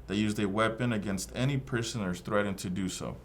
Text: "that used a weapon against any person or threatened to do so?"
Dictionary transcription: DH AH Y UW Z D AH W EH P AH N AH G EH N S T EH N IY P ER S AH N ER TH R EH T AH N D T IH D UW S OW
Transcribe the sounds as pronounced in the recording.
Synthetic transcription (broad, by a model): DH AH Y UW Z D AH W EH P AH N AH G EH N S T EH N IY P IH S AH N ER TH R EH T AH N T IH D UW S OW